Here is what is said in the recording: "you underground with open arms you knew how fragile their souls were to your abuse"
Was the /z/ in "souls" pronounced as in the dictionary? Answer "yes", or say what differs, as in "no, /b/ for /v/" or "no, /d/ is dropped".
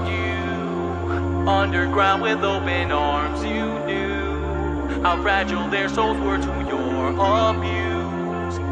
no, /z/ is dropped